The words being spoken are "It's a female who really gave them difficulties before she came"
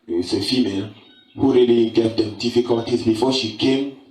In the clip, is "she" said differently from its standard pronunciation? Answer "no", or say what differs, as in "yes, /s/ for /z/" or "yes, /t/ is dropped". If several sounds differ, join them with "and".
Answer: no